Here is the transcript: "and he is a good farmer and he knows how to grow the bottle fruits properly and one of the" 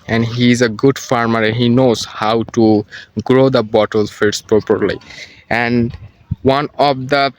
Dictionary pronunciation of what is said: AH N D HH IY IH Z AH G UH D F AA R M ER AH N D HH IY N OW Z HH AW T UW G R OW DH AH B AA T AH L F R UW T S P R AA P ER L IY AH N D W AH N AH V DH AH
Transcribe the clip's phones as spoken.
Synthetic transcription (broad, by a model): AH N D HH IY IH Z AH G UH D F AA R M ER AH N HH IY N OW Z HH AW T UW G R OW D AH B AA T AH L F IY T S P R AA P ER L IY AH N D W AH N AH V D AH